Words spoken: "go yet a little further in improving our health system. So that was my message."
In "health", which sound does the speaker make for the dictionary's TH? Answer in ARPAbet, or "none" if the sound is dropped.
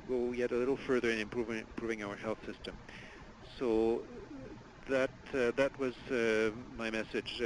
TH